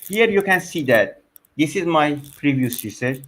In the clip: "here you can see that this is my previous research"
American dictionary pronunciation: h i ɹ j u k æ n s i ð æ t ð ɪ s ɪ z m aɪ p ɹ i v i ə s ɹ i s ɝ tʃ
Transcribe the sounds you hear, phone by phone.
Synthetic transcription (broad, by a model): h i ɹ j u k æ n s i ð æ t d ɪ s ɪ z m aɪ p ɹ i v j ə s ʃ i s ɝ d